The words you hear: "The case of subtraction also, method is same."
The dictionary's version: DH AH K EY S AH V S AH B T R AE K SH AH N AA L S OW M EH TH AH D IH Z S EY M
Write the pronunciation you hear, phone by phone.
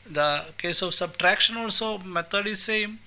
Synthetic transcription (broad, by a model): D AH K EY S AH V S AH B T R AE K SH AH N AA L S OW M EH T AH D IH Z S EY M